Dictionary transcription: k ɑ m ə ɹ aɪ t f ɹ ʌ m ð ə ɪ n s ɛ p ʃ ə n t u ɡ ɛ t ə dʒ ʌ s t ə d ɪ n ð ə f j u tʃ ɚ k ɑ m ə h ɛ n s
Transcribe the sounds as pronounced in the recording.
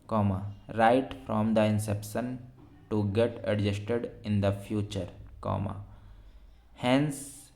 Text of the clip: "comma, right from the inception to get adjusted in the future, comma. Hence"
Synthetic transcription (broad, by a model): k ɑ m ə ɹ aɪ t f ɹ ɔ m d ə ɪ n s ɛ p ʃ ə n t u ɡ ɛ t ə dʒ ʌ s t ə d ɪ n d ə f j u tʃ ɚ k ɑ m ə h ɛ n s